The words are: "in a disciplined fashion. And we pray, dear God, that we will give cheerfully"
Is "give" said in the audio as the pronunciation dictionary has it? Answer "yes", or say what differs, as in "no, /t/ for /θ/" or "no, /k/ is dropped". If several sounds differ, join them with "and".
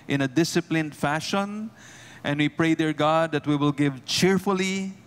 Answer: yes